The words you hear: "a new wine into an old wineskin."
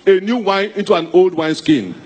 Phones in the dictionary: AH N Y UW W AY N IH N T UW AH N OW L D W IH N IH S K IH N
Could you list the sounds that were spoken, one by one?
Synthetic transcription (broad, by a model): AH N Y UW W AY N IH N T UW AH N OW L D W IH N S K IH N